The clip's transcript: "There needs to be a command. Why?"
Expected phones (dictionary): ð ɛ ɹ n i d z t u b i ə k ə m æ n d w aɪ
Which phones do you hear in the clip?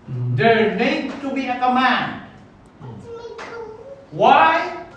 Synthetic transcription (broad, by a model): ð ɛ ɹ n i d t u b i ə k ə m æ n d w aɪ